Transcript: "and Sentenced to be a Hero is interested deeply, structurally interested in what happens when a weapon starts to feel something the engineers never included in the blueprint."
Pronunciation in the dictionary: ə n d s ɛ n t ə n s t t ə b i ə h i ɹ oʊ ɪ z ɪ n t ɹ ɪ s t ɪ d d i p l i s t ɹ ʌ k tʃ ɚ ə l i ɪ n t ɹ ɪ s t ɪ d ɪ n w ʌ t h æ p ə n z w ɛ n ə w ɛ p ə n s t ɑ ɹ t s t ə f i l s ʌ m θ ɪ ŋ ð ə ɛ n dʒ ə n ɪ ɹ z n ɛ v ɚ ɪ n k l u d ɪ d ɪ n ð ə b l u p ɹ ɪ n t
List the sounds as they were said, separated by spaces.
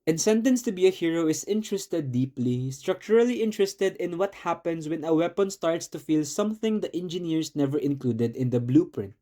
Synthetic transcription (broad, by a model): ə n s ɛ n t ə n s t t ə b i ə h i ɹ oʊ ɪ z ɪ n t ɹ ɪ s t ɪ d d i p l i s t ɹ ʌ k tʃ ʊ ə l i ɪ n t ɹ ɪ s t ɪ d ɪ n w ʌ t h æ p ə n s w ɛ n ə w ɛ p ə n s t ɑ ɹ t s t ə f i l s ʌ m θ ɪ ŋ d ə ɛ n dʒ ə n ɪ ɹ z n ɛ v ɚ ɪ n k l u d ɪ d ɪ n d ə b l u p ɹ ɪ n t